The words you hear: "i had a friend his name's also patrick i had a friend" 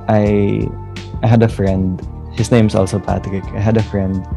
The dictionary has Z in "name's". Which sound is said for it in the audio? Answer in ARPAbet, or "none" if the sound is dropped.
S